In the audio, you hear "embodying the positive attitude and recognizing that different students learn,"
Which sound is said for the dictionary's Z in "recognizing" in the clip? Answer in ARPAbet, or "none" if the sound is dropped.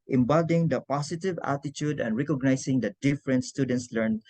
S